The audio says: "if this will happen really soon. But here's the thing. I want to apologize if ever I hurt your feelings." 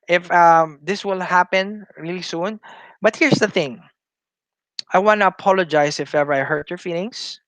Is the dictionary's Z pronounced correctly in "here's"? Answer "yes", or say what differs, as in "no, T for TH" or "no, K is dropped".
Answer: no, S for Z